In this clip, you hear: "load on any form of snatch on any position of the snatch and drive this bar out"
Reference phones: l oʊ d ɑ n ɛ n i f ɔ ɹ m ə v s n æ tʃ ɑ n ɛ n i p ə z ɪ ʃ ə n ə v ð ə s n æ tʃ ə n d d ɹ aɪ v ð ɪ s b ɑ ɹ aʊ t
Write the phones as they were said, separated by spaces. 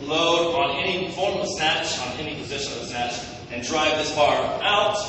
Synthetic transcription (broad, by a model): l oʊ d ɑ n ɛ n i f ɔ ɹ m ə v s n æ tʃ n ɛ n i p ə z ɪ ʃ ə n ə v s n æ tʃ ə n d d ɹ aɪ v ð ɪ s b ɑ ɹ aʊ t